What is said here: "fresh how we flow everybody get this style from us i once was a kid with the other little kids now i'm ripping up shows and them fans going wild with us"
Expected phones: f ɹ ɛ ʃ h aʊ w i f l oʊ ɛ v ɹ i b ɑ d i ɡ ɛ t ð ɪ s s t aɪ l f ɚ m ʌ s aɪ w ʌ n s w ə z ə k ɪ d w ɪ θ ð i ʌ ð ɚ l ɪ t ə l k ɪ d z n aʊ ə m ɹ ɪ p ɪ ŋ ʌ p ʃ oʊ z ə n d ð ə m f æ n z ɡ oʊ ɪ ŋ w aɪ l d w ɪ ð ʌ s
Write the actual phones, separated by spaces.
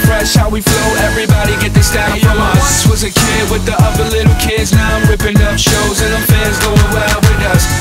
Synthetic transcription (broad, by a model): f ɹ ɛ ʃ h aʊ w i f l oʊ ɛ v ɹ i b ɑ d i ɡ ɛ t ð ɪ s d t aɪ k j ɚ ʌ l aɪ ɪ s w ə z ə k ɪ d w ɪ ð i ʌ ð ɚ l ɪ t l k ɪ d z n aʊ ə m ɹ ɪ p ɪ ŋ ʌ p ʃ oʊ z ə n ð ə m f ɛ z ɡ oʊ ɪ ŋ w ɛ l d w ɪ ð ʌ s